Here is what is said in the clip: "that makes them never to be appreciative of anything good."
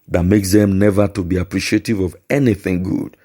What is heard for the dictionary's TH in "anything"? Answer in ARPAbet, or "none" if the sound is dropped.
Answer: TH